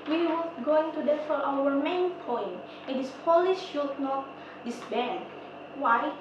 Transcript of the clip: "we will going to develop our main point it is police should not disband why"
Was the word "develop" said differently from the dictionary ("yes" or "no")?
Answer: yes